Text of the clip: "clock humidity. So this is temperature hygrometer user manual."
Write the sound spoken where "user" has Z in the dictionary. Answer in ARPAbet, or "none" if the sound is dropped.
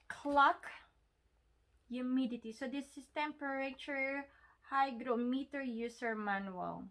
S